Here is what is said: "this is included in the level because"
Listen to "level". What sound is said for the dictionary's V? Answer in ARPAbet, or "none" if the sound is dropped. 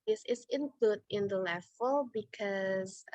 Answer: F